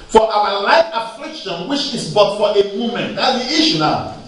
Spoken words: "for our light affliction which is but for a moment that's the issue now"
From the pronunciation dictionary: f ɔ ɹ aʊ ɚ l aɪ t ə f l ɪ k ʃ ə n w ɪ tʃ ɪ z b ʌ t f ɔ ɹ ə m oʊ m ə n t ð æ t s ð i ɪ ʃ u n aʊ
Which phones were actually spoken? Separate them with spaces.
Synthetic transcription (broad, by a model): f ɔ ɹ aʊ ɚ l aɪ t ə f l ɪ k ʃ ə n w ɪ tʃ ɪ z b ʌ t f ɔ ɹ ə m oʊ m ə n t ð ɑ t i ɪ ʃ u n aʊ